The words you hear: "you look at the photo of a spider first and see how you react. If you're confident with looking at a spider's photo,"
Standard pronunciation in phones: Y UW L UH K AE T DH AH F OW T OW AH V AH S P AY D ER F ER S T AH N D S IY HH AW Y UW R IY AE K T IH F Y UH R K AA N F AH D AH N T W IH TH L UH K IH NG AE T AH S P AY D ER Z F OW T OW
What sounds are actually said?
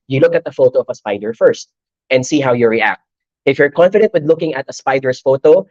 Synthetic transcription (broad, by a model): Y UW L UH K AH T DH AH F OW T OW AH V AH S P AY D ER F ER S T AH N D S IY HH AW Y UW R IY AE K T IH F Y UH R K AA N F AH D AH N T W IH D L UH K IH NG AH T AH S P AY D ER S F OW T OW